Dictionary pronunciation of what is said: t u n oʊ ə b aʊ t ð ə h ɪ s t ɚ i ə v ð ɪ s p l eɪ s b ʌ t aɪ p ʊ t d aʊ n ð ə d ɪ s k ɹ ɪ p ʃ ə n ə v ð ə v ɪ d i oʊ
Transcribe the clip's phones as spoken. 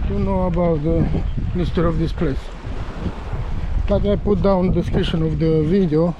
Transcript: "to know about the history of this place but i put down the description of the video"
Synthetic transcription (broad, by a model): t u n oʊ ə b aʊ t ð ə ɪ s t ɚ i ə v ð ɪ s p l eɪ s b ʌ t aɪ p ʊ t d aʊ n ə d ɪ s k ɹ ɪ ʃ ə n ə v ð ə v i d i oʊ